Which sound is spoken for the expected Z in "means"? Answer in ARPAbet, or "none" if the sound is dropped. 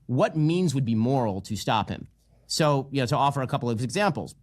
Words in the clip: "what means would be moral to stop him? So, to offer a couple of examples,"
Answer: Z